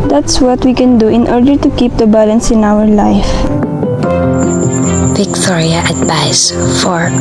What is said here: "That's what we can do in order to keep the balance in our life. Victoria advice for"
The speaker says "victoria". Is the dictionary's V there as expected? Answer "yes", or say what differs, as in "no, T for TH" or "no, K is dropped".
no, B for V